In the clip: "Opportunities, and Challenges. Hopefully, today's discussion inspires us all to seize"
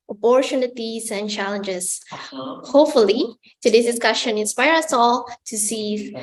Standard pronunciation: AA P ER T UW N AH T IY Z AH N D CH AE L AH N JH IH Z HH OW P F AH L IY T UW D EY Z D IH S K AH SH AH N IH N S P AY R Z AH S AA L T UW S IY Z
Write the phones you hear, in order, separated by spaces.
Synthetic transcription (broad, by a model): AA P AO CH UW N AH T IY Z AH N CH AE L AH N JH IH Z HH OW P F AH L IY T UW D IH S D IH S K AH SH AH N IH N S P AY R AH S AA L T UW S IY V